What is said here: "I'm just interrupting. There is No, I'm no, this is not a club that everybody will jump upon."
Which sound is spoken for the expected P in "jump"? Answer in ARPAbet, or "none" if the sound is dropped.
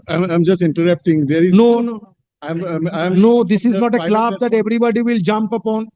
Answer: P